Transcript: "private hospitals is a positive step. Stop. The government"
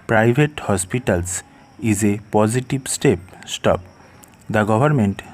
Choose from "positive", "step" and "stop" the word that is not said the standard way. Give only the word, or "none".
positive